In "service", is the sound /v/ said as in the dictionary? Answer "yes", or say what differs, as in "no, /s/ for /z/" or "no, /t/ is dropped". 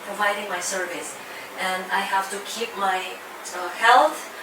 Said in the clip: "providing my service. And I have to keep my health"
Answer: yes